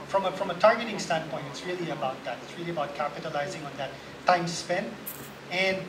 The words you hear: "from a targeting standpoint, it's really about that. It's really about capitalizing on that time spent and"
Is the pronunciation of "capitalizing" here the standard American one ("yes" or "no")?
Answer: yes